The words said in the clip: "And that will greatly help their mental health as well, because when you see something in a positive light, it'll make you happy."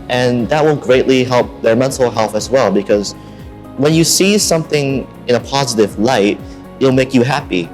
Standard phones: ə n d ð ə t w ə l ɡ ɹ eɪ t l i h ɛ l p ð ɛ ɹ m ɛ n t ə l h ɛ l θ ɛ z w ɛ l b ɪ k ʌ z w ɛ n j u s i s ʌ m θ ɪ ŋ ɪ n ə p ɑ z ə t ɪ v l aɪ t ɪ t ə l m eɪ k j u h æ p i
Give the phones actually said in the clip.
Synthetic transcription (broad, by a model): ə n ð ə t w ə n ɡ ɹ eɪ t l i h ɛ l p ð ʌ ɹ m ɛ n t l h ɛ l θ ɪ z w ɛ l b ɪ k ʌ z w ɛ n j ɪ s i s ʌ m θ ɪ ŋ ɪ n ə p ɑ z ə t ɪ v l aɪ ɪ t ə l m eɪ k j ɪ h æ p i